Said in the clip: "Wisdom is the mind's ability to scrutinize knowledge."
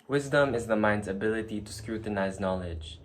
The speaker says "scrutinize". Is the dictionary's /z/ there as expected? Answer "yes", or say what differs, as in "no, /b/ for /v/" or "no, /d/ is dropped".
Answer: yes